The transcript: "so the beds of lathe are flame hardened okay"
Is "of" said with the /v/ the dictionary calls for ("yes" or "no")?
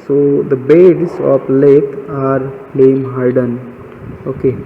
no